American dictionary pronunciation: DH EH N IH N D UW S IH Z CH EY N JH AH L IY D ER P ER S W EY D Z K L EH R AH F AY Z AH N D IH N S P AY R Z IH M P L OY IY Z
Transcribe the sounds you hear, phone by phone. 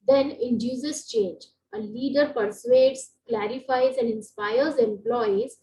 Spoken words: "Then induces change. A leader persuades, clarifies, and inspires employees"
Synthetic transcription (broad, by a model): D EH N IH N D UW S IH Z CH EY N JH AH L IY D ER P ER S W EY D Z K L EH R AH F AY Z AH N D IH N S P AY R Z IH M P L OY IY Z